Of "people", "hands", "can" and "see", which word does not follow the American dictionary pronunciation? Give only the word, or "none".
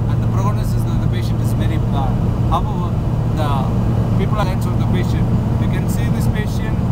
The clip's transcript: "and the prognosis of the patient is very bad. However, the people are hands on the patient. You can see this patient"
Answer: hands